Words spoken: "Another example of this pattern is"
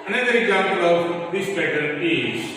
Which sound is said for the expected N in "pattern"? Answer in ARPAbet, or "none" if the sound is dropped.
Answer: L